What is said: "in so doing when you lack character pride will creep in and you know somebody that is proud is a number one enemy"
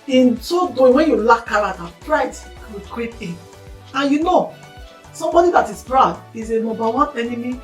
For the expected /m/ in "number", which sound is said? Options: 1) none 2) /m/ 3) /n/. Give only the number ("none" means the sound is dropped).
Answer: 1